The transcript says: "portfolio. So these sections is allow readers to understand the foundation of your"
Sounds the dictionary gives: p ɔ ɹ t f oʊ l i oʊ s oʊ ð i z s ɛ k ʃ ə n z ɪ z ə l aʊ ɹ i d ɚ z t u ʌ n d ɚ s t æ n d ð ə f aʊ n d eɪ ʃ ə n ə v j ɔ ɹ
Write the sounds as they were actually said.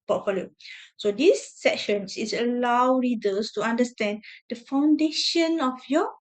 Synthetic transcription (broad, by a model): p ɔ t f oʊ l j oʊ s oʊ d i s ɛ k ʃ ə n s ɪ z ə l aʊ ɹ i d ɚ s t u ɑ n d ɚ s t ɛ n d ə f aʊ n d eɪ ʃ ə n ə f j ɔ